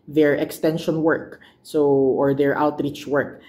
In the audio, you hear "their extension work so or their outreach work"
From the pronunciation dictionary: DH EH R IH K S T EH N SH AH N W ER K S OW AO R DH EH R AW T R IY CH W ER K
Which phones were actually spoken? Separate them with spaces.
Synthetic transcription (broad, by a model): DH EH R IH K S T EH N SH AH N W ER K S OW AO R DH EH R AW T R IY CH W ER K